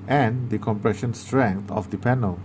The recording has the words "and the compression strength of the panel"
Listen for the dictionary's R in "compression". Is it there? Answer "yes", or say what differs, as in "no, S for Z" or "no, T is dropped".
yes